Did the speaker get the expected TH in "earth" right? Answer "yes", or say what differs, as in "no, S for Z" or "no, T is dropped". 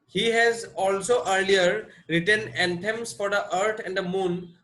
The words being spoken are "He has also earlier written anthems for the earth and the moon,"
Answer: no, T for TH